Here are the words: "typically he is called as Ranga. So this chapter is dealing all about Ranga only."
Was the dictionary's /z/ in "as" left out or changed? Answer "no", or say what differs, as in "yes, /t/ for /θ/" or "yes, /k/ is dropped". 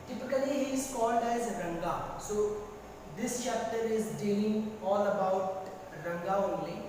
no